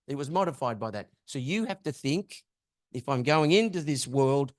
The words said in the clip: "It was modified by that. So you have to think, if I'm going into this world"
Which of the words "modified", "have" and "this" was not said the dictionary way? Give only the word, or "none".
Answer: have